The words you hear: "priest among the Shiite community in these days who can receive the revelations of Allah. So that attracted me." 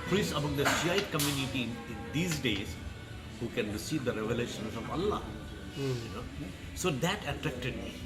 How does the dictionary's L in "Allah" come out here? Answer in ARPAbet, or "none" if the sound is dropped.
N